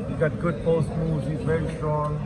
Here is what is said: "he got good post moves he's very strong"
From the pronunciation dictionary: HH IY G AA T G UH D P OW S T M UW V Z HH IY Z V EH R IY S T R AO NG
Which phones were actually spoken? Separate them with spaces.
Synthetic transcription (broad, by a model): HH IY G AA T G UH D P OW S T M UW Z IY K V EH R IY S T R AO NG